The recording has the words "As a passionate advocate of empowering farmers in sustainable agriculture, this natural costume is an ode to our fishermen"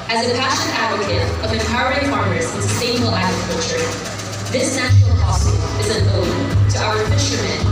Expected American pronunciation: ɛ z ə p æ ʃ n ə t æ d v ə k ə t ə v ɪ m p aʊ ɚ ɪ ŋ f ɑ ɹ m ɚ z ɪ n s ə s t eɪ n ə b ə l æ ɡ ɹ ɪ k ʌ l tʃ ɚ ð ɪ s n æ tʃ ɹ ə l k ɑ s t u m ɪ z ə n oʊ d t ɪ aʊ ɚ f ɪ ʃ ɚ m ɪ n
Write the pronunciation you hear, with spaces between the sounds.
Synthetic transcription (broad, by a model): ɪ z ə p æ ʃ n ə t æ d v ə k ə t ə v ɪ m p aʊ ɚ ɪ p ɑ ɹ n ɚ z ɪ n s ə s t eɪ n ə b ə l æ ɡ ɹ ɪ k ʌ l tʃ ɚ ð ɪ s n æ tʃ ə l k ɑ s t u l ɪ z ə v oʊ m t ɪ aʊ ɚ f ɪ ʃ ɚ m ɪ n